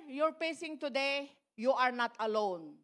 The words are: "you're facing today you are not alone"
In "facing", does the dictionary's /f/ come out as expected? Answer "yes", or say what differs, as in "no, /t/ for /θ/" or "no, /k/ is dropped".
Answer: no, /p/ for /f/